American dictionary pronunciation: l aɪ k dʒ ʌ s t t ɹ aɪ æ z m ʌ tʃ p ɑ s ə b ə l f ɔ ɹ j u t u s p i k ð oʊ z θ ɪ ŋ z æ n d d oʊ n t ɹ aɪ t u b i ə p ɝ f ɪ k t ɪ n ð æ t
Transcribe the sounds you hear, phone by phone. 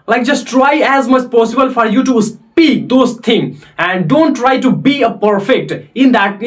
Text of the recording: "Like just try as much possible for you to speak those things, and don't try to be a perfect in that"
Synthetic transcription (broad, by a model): l aɪ k dʒ ʌ s t t ɹ aɪ æ z m ʌ tʃ p ɑ s ə b ə l f ɔ ɹ j u t u s p i k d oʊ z t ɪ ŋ æ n d d oʊ n t ɹ aɪ t u b i ə p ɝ f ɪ k t ɪ n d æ t